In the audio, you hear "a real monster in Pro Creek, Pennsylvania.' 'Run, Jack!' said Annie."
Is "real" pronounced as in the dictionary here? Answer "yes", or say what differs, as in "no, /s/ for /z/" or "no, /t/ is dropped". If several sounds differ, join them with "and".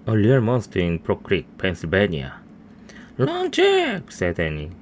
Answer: no, /l/ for /ɹ/